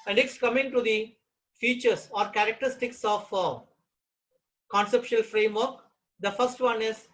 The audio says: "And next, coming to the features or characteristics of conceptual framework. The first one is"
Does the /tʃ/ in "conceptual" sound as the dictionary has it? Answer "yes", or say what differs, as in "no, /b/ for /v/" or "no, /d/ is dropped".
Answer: no, /ʃ/ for /tʃ/